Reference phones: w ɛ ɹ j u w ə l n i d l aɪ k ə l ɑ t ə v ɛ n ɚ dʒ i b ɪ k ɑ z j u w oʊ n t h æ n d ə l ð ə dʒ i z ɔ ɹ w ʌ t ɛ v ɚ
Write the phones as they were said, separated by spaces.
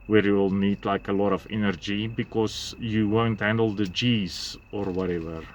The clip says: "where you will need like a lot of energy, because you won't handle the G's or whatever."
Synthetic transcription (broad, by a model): w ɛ ɹ j u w l n i d l aɪ k ə l ɑ t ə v ɛ n ɚ dʒ i b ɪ k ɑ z j u w oʊ n t h æ n d ə l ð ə dʒ i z ɔ ɹ w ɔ t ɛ v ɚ